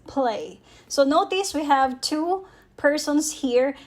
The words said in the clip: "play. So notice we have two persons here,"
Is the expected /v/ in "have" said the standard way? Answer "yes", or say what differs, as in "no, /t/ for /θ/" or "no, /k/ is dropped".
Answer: yes